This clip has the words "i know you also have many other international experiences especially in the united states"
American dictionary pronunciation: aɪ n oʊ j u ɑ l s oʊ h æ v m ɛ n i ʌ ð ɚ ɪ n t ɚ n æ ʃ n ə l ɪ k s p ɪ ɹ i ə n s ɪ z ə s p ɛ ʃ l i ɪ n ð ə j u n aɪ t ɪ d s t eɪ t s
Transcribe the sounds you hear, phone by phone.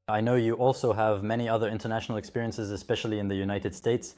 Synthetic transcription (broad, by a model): aɪ n oʊ j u ɑ l s oʊ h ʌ v m ɛ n i ʌ ð ɚ ɪ n t ɚ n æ ʃ n l ɪ k s p ɪ ɹ i ə n s ɪ z ə s p ɛ ʃ l i ɪ n ð ə j u n aɪ t ɪ d s t eɪ t s